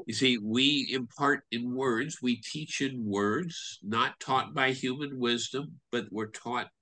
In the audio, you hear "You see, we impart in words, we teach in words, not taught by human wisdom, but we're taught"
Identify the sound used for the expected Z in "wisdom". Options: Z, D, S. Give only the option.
Z